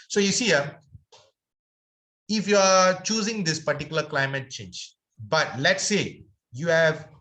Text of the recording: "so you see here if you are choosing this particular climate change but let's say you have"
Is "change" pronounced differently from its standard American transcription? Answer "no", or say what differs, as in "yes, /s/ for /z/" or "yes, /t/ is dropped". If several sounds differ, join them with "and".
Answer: no